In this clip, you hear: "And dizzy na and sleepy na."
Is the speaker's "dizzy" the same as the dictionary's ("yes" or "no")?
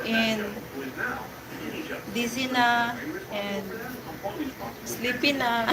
no